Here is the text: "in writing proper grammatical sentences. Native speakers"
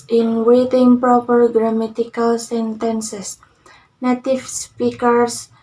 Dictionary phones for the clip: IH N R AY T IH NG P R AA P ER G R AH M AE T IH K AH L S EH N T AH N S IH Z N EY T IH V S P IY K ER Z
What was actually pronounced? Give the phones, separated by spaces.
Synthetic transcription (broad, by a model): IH N W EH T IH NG P R AA P ER G R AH M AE T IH K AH L S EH N T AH N S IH S N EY T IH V S P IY K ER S